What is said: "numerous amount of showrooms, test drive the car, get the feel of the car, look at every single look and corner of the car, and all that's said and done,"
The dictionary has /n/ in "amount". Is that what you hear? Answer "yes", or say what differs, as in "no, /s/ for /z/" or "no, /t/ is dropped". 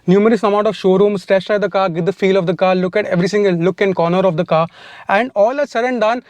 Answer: no, /n/ is dropped